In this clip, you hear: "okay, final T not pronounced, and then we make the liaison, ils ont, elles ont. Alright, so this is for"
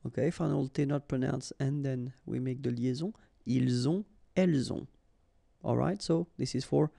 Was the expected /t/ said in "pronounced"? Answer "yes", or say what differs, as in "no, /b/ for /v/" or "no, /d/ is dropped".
no, /t/ is dropped